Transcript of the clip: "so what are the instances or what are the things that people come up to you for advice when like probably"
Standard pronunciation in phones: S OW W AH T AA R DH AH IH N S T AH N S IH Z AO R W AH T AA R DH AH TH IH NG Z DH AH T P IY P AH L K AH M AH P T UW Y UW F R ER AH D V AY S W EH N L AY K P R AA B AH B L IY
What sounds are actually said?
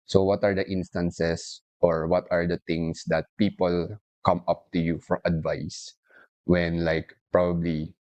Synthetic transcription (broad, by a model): S OW W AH T AA R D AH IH N S T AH N S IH S AO R W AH T AA R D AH T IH NG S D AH T P IY P AH L K AH M AH P T UW Y UW F R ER AH D V AY S W EH N L AY K P R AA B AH B L IY